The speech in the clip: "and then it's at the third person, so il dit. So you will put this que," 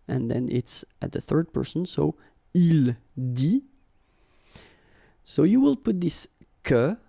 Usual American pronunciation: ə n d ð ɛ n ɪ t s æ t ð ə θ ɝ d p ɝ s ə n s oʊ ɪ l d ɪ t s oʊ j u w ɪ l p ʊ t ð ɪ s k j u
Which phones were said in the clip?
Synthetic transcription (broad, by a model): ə n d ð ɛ n ɪ t s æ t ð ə θ ɝ d p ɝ s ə n s oʊ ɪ l d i s oʊ j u w ɪ l p ʊ t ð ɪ s k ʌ